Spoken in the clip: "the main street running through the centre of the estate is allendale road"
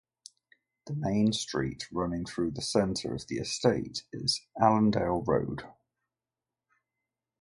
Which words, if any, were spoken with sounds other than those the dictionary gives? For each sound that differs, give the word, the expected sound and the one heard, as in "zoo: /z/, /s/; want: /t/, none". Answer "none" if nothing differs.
none